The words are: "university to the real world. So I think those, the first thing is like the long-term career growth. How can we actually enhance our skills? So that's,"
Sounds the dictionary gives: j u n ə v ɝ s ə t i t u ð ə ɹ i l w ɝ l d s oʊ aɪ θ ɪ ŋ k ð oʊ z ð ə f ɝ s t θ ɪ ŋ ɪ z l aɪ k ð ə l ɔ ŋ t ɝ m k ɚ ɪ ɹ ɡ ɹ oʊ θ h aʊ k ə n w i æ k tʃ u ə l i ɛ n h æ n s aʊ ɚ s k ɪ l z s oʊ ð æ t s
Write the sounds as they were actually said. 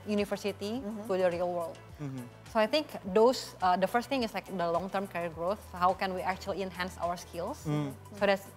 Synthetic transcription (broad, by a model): j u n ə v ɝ s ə t i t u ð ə ɹ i l w ɝ l d s oʊ aɪ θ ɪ ŋ k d oʊ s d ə f ɝ s t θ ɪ ŋ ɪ s l aɪ k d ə l ɔ ŋ t ɝ m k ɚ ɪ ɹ ɡ ɹ oʊ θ h aʊ k ə n w i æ k tʃ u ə l i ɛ n h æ n s aʊ ɚ s k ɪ l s s oʊ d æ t s